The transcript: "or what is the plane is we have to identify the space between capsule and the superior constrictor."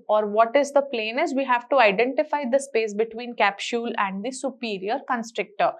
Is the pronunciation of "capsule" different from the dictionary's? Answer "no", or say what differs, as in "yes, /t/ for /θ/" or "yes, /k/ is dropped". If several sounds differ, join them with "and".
yes, /ʃ/ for /s/